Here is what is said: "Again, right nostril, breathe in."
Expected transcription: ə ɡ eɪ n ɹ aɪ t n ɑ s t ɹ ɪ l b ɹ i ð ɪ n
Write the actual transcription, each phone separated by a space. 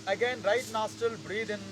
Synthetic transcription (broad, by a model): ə ɡ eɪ n ɹ aɪ t n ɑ s t ɪ l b ɹ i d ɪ n